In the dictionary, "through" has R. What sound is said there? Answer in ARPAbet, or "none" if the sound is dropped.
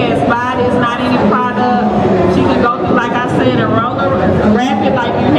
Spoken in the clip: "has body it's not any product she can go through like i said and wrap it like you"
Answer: none